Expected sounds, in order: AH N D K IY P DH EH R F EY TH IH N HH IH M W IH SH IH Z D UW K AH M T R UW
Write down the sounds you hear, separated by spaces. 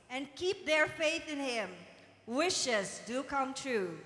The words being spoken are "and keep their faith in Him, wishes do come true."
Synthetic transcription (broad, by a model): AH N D K IY P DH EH R F EY TH IH N HH IH M W IH SH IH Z D UW K AH M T R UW